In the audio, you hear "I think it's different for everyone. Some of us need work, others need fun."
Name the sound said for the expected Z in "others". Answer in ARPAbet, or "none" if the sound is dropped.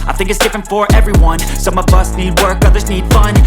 Z